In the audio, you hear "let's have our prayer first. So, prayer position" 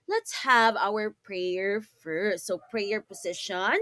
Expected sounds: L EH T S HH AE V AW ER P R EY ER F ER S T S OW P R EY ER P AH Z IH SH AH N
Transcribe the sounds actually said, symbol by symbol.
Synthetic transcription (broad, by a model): L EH T S HH AE V AW ER P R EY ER F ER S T S OW P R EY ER P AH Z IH SH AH N